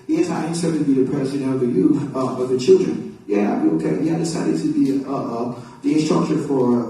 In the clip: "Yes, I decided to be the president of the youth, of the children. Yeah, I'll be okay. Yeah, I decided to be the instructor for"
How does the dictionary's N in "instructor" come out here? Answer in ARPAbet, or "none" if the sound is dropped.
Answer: none